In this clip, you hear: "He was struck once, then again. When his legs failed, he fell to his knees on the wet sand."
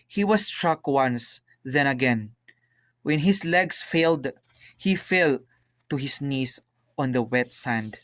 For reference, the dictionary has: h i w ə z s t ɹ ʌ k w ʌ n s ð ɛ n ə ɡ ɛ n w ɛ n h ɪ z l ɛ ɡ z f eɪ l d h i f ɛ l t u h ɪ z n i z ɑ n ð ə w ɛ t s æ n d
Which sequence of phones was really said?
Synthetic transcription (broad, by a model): h i w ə s t ɹ ʌ k w ʌ n s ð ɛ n ə ɡ ɛ n w ɛ n h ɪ s l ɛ ɡ s f eɪ l d h i f ɛ l t u h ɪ s n i s ɑ n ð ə w ɛ t s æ n d